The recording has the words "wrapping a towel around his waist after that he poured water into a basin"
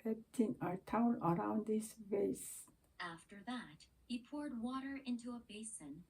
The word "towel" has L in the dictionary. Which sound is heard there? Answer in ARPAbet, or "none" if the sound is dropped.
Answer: N